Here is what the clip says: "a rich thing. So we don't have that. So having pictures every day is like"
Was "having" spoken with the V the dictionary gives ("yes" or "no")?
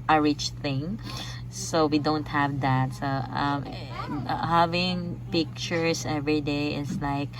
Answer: yes